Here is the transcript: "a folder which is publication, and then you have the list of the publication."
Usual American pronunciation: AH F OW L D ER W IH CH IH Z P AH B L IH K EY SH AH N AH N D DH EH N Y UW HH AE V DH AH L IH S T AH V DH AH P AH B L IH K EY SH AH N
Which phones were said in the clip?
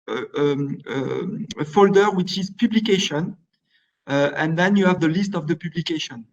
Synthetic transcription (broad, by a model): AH F OW L D ER W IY CH IH Z P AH B L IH K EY SH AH N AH N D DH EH N Y UW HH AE V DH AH L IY S T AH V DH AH P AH B L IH K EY SH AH N